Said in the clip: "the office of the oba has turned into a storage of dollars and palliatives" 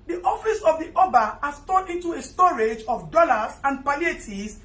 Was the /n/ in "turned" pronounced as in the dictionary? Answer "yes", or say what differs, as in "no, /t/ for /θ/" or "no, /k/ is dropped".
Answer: no, /n/ is dropped